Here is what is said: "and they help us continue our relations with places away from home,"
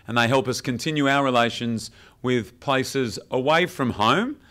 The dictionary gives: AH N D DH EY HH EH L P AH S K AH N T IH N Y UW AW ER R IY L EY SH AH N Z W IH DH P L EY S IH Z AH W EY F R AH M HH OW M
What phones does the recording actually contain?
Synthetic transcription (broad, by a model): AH N DH EY HH EH L P AH S K AH N T IH N Y UW AW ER R IY L EY SH AH N Z W IH DH P L EY S IH Z AH W EY F R AH M HH OW M